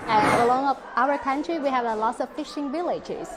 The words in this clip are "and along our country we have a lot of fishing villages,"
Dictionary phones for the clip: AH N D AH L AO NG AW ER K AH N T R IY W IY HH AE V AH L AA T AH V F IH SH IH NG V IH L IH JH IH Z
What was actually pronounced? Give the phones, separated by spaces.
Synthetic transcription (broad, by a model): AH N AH L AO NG AW ER K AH N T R IY W IY HH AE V AH L AA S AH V F IH SH IH NG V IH L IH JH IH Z